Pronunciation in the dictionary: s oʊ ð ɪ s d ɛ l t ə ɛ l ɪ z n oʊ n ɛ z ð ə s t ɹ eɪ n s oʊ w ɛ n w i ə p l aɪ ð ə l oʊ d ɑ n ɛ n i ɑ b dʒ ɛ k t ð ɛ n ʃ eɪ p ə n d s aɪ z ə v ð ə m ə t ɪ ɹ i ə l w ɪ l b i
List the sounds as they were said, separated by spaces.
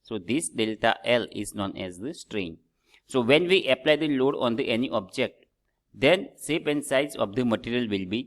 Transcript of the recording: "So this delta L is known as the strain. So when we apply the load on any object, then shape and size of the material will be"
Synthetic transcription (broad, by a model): s oʊ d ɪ s d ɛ l t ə ɛ l ɪ z n oʊ n ɛ z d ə s t ɹ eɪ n s oʊ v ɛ n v i ə p l aɪ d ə l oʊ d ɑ n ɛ n i ɑ b dʒ ɛ k t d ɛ n s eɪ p ə n d s aɪ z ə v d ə m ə t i ɹ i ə l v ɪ l b i